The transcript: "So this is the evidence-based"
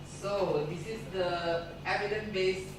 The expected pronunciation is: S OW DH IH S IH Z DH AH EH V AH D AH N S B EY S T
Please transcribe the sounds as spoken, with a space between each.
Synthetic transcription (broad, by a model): S OW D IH S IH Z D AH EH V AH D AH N B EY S